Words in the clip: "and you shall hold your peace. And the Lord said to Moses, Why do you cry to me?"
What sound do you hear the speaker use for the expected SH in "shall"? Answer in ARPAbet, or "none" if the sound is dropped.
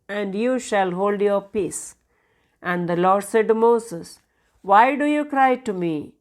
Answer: SH